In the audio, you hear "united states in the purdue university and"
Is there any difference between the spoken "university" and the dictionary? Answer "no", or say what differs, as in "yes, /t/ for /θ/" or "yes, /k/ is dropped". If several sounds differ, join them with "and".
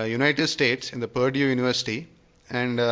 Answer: no